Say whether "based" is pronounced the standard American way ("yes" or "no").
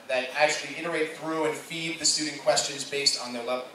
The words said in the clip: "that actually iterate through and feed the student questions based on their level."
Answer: yes